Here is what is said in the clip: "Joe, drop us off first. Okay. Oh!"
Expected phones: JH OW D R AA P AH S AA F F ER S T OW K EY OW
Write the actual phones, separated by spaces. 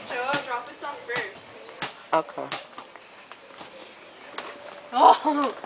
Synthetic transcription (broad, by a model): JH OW D R AA P AH S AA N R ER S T OW K EY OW